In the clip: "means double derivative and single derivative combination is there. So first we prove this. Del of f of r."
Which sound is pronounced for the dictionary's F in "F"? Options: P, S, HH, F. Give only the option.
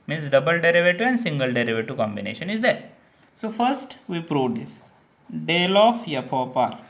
P